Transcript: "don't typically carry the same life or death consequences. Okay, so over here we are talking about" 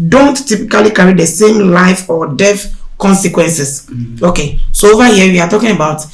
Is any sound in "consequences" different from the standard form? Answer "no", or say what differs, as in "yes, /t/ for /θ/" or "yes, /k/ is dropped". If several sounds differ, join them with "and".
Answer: yes, /s/ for /z/